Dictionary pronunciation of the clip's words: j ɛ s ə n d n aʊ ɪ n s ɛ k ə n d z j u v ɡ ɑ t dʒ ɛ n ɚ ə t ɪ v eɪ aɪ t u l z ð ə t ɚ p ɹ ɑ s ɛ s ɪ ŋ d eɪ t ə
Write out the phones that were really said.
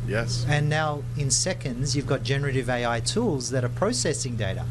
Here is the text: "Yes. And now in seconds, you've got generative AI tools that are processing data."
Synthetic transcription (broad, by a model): j ɛ s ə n n aʊ ɪ n s ɛ k ə n d z j u v ɡ ɑ t dʒ ɛ n ɚ ə t ɪ v eɪ aɪ t u l z ð ə t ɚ p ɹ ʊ s ɛ s ɪ ŋ d eɪ t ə